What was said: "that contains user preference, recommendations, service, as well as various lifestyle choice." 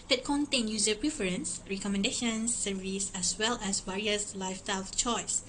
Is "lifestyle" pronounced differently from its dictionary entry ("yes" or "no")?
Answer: yes